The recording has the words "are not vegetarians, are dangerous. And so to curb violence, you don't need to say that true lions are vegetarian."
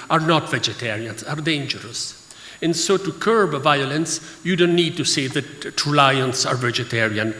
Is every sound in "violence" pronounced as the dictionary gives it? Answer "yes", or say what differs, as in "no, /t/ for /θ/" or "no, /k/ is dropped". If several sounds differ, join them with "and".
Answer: yes